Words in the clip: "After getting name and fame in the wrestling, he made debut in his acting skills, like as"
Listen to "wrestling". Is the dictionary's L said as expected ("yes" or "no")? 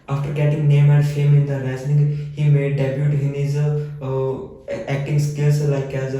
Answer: no